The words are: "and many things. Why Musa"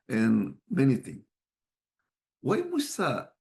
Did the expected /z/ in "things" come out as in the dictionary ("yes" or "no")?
no